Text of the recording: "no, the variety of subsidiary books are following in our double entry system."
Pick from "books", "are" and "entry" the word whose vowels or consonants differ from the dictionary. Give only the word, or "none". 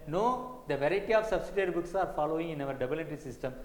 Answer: entry